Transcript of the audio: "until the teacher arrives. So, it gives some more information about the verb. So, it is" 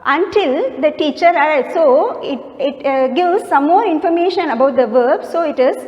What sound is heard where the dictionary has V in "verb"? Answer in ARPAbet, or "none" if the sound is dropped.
V